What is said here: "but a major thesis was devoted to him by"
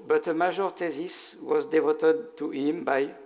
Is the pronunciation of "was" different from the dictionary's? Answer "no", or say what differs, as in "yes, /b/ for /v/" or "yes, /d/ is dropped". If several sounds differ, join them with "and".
no